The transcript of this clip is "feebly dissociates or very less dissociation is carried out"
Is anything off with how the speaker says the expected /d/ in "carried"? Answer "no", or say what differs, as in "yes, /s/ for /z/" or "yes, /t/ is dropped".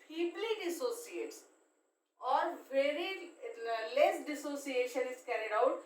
no